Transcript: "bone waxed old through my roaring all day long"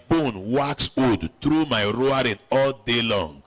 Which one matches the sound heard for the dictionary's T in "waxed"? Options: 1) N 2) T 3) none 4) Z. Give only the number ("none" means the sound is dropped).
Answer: 3